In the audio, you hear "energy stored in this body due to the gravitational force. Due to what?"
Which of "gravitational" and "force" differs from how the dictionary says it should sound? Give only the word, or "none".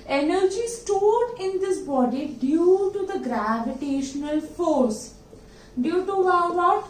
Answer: none